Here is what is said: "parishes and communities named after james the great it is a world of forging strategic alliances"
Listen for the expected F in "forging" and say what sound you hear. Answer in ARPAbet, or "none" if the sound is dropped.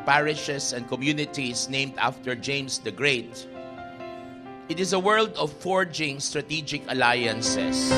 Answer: F